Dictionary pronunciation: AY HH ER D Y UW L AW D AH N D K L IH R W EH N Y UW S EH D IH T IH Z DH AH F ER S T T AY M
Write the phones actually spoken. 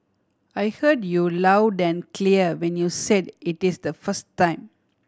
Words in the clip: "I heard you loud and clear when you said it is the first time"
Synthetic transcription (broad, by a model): AY HH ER D Y UW L AW D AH N K L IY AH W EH N Y UW S EH D IH T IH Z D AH F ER S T T AY M